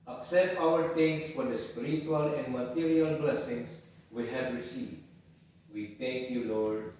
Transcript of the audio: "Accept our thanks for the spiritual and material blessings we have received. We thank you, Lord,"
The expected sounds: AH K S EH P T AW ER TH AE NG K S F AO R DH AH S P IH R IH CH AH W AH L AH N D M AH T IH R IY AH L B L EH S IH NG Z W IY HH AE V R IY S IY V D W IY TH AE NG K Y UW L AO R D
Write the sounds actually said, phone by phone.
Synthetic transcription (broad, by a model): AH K S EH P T AW ER T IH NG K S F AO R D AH S P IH R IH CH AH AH L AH N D M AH T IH R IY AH L B L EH S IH NG S W IY HH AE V R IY S IY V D W IY T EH NG K Y UW L AO R D